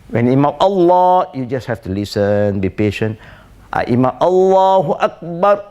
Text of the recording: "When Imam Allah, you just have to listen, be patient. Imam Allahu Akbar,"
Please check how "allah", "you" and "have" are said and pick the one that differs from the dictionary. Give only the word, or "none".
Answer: have